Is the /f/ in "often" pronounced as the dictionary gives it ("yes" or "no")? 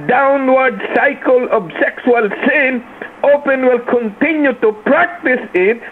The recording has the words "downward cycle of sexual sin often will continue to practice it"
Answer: no